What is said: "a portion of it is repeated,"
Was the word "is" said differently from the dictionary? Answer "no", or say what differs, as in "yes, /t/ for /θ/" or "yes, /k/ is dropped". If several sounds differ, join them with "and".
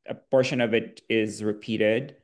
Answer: no